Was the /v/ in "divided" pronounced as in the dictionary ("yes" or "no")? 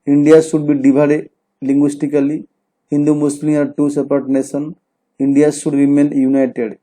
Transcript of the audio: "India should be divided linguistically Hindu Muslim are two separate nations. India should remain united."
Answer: no